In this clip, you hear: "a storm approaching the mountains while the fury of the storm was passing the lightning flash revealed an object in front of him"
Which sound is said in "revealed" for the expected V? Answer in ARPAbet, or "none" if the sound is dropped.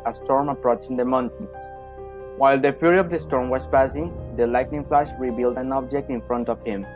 B